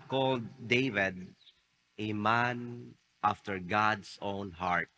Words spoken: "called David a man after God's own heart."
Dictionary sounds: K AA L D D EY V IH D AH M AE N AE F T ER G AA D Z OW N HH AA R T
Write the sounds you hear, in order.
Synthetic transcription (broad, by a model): K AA L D D EY V IH D AH M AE N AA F T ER G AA D S OW N HH AA R T